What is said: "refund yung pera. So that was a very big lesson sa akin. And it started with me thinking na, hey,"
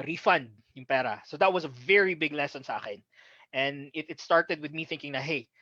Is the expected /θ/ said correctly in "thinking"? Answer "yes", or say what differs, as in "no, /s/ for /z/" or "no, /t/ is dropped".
yes